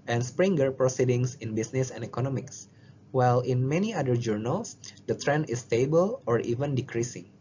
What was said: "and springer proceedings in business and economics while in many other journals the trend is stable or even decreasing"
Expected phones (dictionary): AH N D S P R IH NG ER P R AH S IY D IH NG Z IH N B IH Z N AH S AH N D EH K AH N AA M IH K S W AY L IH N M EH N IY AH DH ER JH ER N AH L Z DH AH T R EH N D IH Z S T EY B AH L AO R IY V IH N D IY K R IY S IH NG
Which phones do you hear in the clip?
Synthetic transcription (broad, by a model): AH N S P R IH NG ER P R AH S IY D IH NG S IH N B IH S N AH S AH N D EH K AH N AA M IH K S W AY L IH N M EH N IY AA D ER JH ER N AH L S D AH T R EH N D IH S T EY B AH L AO R IY V IH N D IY K R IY S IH NG